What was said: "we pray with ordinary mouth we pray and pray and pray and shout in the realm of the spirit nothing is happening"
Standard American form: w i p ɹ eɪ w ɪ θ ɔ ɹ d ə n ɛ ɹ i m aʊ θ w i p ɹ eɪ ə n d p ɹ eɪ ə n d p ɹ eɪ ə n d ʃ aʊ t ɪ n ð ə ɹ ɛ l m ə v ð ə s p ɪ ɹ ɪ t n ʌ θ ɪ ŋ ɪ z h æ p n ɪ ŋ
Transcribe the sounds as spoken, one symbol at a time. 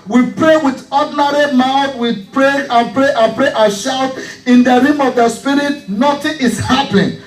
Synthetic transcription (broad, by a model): w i p ɹ eɪ w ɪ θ ɔ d n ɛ ɹ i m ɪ f w i p ɹ eɪ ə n p ɹ eɪ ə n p ɹ eɪ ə ʃ aʊ t ɪ n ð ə ɹ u m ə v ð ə s p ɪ ɹ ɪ t n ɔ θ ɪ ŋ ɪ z h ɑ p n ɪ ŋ